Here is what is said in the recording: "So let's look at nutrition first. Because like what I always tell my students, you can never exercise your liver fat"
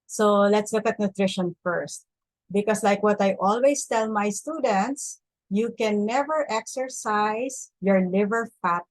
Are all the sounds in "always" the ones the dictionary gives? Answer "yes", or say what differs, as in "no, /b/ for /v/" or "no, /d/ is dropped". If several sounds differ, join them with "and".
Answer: no, /s/ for /z/